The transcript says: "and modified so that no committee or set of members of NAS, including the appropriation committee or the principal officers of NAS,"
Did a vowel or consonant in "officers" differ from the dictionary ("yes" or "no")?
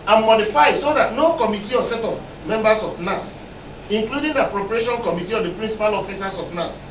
yes